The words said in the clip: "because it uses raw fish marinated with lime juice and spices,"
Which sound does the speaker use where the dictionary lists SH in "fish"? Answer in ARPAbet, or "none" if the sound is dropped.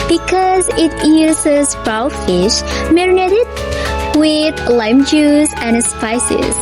SH